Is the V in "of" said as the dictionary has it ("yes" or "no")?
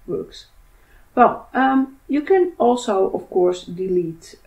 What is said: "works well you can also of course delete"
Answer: no